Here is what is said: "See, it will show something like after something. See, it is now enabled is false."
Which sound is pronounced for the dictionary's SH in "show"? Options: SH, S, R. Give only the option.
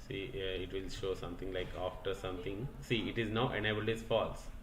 SH